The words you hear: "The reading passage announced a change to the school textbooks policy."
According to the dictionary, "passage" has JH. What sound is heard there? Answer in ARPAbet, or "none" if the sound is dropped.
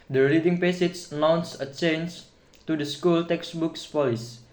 CH